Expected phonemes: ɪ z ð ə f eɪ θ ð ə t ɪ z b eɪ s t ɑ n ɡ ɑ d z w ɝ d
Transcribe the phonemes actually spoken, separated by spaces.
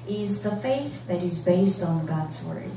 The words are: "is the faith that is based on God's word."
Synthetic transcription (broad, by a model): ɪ z ð ə f eɪ θ ð ə t ɪ z b eɪ s t n ɡ ɑ d z w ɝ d